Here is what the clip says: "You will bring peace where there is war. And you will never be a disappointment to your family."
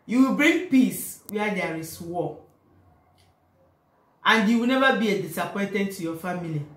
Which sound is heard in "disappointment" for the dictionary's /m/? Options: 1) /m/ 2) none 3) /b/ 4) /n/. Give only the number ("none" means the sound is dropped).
2